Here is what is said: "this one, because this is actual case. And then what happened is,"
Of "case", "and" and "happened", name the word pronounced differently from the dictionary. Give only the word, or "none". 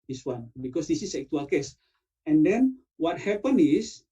happened